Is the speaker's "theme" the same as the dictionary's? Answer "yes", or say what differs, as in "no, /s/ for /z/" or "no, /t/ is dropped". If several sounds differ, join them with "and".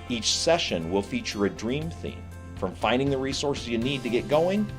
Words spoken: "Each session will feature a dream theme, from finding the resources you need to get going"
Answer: yes